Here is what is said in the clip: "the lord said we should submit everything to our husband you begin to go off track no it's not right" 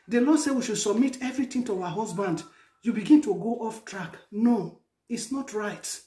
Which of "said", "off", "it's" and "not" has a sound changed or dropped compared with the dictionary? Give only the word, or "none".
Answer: none